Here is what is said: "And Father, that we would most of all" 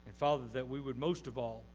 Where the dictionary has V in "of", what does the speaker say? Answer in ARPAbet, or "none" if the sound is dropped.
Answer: V